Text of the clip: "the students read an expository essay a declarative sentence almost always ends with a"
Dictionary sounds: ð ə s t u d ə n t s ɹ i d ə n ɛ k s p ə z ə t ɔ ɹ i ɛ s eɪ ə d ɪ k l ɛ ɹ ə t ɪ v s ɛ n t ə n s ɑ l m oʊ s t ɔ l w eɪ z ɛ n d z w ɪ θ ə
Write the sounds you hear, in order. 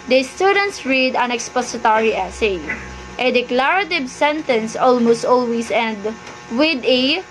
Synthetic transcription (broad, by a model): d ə s t u d ə n t s ɹ i d ə n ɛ k s p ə s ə t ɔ ɹ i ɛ s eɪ ə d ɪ k l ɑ ɹ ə t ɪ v s ɛ n t ə n s ɑ l m oʊ s t ɔ l w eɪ s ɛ n d w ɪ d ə